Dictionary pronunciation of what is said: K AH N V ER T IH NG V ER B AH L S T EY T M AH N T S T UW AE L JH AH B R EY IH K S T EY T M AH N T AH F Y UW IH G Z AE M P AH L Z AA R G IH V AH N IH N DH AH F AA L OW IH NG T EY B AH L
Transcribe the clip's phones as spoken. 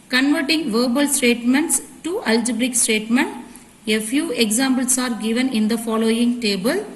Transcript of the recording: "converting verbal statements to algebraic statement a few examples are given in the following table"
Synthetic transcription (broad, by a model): K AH N V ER T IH NG V ER B AH L S T EY T M AH N T S T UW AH L JH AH B R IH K S T EY T M AH N T AH F Y UW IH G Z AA M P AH L S AA R G IH V AH N IH N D AH F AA L OW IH NG T EY B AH L